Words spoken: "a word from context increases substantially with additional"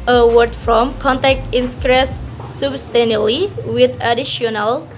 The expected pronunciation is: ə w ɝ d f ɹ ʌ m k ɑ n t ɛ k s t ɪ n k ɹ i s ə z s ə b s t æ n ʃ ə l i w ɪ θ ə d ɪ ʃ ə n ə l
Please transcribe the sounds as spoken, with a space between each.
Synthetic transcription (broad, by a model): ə w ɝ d f ɹ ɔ m k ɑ n t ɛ k t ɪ n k ɹ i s s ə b s t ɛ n ə l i w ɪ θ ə d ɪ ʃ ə n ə l